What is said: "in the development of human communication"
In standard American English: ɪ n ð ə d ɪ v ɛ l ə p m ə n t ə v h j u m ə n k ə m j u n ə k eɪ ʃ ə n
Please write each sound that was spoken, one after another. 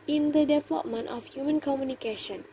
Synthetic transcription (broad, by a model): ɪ n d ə d ɪ v ɛ l ə p m ə n t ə f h j u m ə n k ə m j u n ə k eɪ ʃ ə n